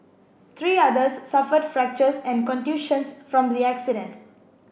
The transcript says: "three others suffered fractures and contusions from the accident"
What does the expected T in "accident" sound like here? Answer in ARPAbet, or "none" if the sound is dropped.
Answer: T